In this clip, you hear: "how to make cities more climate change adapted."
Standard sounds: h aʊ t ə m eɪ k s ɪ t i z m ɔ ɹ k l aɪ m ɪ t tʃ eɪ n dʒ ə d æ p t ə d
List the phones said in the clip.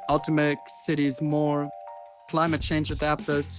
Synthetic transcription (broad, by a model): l t ə m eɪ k s ɪ t i z m ɔ ɹ k l aɪ m ɪ t tʃ eɪ n dʒ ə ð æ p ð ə